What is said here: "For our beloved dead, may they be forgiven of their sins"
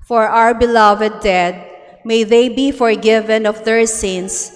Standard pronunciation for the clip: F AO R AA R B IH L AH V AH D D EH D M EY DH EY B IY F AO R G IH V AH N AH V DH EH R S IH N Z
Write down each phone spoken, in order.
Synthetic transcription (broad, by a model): F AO R AA R B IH L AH V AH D D EH D M EY DH EY B IY F AO R G IH V AH N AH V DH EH R S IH N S